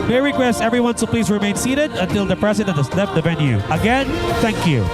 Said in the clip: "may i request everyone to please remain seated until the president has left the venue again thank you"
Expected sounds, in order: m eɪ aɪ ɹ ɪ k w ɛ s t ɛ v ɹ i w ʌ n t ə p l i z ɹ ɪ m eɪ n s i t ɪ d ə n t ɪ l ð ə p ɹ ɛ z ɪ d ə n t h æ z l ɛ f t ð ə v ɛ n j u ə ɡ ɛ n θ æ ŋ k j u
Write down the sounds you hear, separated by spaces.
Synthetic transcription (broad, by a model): m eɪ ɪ ɹ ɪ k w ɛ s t ɛ v ɹ i w ʌ n s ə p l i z ɹ ɪ m eɪ n s i t ɪ d ə n t ɪ l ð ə p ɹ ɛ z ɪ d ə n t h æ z l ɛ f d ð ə v ɛ n j u ə ɡ ɛ n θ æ ŋ k j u